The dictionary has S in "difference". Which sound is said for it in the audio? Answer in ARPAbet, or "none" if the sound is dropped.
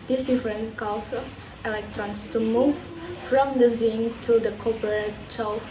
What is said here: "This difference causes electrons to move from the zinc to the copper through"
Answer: none